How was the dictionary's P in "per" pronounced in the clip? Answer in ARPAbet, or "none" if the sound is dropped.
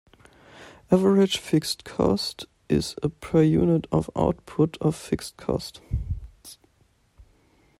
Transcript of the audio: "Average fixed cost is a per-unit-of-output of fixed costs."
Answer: P